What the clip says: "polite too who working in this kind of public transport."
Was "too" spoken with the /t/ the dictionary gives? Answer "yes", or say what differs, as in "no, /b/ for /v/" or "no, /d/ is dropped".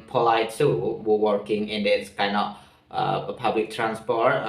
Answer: no, /s/ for /t/